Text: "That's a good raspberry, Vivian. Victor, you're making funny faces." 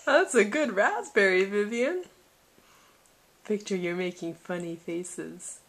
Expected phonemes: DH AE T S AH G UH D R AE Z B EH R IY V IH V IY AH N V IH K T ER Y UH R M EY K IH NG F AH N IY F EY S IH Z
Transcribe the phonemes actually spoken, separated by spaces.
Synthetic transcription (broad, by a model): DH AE T S AH G UH D R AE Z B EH R IY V IH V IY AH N P IH K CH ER Y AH R M EY K IH NG F AH N IY F EY S IH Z